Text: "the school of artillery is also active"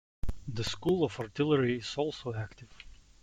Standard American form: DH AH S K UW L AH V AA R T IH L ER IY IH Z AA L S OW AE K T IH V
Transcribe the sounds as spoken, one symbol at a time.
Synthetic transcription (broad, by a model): DH AH S K UW L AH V AA R T IH L ER IY IH Z AA L S OW AE K T IH V